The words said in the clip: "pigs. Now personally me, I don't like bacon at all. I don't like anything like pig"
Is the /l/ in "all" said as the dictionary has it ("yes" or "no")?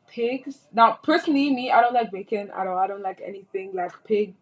no